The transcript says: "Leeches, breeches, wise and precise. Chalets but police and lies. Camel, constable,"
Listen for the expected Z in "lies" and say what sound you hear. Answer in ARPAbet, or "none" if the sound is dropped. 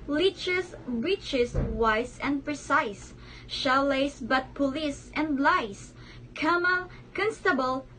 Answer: S